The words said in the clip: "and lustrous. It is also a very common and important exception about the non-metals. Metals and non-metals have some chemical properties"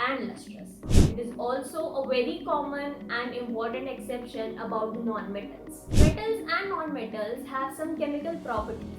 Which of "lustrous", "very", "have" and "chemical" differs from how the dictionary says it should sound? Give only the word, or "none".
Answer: lustrous